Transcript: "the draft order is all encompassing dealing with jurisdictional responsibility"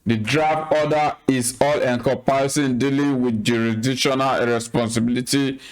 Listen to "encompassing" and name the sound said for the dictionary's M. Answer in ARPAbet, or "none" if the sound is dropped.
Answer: none